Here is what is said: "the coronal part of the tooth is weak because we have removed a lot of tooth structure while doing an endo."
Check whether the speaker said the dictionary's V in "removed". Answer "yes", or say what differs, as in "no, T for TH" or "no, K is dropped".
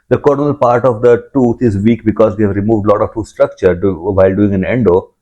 yes